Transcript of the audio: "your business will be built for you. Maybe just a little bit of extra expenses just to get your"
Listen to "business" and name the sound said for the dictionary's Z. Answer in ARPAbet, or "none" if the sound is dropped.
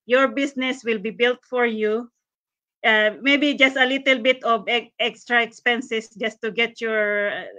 S